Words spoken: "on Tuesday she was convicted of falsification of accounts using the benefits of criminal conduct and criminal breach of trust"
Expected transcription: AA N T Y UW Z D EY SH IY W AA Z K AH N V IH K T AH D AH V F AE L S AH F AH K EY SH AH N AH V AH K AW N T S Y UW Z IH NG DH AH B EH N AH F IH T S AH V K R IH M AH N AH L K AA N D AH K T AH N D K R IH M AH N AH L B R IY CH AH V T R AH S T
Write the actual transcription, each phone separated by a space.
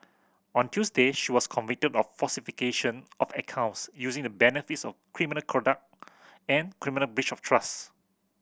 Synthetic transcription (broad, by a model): AA N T Y UW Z D EY SH IY W AA S K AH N V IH K T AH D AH F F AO S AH F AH K EY SH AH N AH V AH K AW N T S Y UW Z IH NG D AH B EH N AH F IH T S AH F K R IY M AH N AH L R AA D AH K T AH N K R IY M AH N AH L B R IY CH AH F T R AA S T